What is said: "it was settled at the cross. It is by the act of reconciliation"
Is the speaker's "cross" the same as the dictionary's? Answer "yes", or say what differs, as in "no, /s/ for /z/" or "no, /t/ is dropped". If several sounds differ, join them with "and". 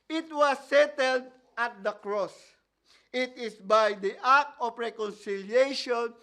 yes